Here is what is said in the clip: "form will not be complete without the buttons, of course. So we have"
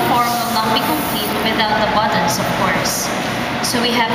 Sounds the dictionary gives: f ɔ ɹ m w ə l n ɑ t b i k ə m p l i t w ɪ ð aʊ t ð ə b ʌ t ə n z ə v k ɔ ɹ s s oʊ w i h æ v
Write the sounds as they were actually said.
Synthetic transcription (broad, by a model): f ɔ ɹ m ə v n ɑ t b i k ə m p i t w ɪ ð aʊ t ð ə b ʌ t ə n s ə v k ɔ ɹ s s oʊ w i h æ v